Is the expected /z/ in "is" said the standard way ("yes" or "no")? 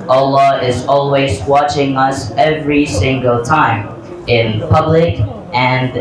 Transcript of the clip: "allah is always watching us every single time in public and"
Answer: yes